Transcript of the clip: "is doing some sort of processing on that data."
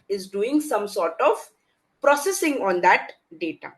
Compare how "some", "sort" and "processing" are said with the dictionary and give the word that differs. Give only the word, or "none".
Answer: none